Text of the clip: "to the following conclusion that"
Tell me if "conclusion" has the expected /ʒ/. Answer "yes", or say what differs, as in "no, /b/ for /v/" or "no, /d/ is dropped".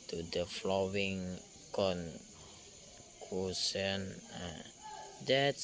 no, /s/ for /ʒ/